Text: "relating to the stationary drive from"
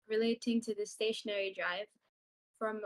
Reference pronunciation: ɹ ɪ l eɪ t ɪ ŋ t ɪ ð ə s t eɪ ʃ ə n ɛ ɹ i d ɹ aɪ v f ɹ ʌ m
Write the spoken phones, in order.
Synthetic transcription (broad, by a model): ɹ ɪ l eɪ t ɪ ŋ t ɪ ð ə s t eɪ ʃ ə n ɛ ɹ i d ɹ aɪ v f ɹ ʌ m